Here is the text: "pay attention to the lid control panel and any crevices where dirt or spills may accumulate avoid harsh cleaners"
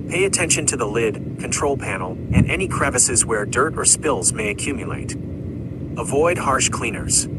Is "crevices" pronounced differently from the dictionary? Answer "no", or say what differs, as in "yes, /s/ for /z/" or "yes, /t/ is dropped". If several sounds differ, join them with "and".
no